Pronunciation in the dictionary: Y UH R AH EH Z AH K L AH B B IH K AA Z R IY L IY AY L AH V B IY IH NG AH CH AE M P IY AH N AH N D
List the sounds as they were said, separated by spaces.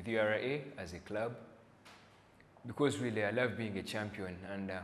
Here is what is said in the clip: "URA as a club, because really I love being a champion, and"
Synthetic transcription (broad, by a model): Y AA R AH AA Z AH K L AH B B IH K AA Z W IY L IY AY L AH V B IY IH NG AH CH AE M P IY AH N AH N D